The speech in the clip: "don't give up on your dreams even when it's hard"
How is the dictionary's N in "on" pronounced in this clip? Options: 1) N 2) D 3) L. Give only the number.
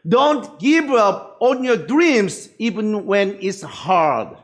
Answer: 1